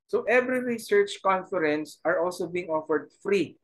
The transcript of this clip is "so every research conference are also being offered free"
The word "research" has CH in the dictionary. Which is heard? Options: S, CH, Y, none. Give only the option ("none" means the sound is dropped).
CH